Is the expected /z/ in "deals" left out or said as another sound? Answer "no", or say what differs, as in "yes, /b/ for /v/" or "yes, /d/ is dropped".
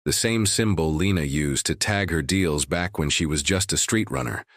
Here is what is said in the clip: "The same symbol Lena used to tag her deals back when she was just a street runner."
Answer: no